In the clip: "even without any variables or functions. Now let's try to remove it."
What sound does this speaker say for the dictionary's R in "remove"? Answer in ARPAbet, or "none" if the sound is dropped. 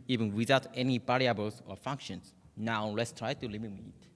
L